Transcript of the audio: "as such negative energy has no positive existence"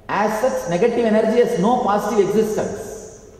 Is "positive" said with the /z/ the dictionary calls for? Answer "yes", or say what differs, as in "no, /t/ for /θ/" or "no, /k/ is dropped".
no, /s/ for /z/